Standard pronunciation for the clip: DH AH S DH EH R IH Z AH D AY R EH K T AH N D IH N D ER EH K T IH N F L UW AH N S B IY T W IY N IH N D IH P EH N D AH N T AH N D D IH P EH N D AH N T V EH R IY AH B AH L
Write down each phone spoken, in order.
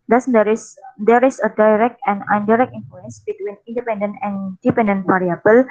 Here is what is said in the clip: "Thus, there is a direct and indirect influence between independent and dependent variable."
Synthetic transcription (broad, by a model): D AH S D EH R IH S AH D AY R EH K T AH N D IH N D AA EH K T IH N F L UW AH N S B IY T W IY N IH N D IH P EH N D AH N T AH N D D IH P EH N D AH N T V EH R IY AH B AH L